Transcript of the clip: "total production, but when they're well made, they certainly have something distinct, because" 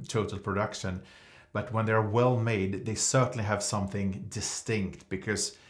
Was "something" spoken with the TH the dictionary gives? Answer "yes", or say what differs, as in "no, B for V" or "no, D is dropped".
yes